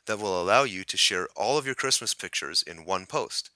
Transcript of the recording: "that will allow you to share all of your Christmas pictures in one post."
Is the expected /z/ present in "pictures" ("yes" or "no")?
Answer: yes